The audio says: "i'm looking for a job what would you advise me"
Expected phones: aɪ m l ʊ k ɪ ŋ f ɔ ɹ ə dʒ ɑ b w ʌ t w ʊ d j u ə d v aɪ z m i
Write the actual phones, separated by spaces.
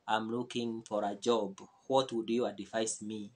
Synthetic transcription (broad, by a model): aɪ m l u k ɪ ŋ f ɔ ɹ ə dʒ ɑ b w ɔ t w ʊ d j u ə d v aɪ s m i